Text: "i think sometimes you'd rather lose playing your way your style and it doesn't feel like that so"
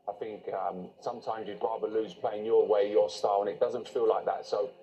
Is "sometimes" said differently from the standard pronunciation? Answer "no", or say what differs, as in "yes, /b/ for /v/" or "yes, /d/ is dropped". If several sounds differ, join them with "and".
no